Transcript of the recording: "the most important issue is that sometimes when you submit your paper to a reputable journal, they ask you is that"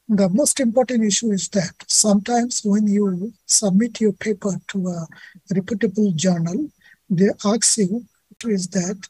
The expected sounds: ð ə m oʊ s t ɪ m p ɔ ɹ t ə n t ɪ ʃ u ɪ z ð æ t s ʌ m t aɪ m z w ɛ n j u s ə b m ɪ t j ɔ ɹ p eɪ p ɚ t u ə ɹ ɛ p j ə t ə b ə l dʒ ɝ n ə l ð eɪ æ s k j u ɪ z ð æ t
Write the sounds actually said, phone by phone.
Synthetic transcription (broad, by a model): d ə m oʊ s t ɪ m p ɔ ɹ t ə n t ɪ ʃ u ɪ z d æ t s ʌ m t aɪ m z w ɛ n j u s ə b m ɪ t j ɔ ɹ p eɪ p ɚ t u ə ɹ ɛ p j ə t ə b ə l dʒ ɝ n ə l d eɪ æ k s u ɪ z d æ t